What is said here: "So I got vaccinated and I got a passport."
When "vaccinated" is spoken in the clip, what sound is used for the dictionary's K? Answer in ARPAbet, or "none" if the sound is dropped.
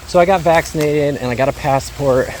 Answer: K